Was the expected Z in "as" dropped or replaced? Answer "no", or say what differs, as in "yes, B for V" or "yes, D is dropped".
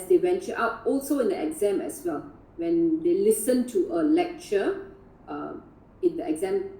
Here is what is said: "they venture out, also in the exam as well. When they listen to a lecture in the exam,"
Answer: yes, S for Z